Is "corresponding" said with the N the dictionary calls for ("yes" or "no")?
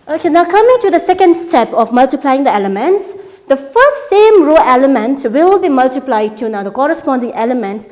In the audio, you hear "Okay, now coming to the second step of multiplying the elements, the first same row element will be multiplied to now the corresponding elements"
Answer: yes